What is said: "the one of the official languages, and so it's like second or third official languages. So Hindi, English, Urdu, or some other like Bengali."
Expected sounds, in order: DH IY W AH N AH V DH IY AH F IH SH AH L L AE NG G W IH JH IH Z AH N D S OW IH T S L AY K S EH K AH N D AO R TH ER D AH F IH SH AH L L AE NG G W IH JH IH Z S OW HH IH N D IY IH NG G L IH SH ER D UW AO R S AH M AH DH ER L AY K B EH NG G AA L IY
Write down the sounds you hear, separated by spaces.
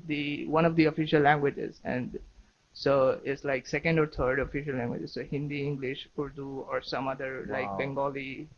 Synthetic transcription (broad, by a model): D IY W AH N AH V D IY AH F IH SH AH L L AE NG G W IH JH IH Z AH N D S OW IH T S L AY K S EH K AH N D AO R T ER D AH F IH SH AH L L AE NG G W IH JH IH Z S OW HH IH N D IY IH NG G L IH SH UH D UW AO R S AH M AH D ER L AY K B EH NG G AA L IY